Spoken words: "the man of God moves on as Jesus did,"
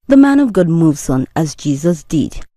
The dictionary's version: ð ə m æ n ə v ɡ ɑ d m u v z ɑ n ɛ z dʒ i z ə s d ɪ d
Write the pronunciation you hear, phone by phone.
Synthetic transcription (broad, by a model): ð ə m æ n ə v ɡ ɑ d m u v z n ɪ z dʒ i z ə s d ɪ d